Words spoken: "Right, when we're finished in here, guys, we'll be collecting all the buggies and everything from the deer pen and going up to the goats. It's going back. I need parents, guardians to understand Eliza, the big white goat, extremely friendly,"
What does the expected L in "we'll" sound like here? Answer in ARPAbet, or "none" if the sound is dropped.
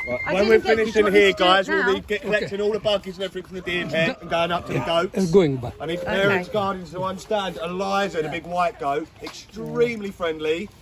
L